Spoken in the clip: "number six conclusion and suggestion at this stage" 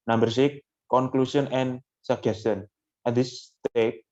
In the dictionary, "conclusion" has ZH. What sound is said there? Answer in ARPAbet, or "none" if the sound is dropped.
S